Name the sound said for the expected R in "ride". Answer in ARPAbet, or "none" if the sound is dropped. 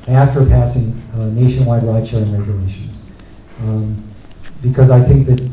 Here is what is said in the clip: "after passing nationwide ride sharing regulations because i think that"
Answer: L